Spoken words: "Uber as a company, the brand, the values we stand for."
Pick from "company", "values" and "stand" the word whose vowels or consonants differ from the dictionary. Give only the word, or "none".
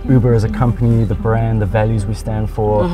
none